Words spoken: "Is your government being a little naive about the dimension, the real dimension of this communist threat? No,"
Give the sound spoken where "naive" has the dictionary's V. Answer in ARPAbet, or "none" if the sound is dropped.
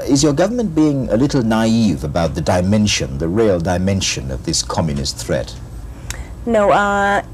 V